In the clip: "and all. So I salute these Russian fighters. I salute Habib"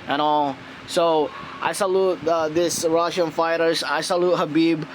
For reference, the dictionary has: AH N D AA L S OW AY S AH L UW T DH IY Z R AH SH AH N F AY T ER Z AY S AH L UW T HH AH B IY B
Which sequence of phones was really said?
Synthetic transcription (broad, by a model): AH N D AA L S OW AY S AH L UW T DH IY S R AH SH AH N F AY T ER S AY S AH L UW T HH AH B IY B